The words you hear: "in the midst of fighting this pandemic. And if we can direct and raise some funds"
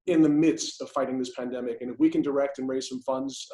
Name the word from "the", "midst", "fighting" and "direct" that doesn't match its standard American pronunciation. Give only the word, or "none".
none